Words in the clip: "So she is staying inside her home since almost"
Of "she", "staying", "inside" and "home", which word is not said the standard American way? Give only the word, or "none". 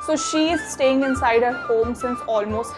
none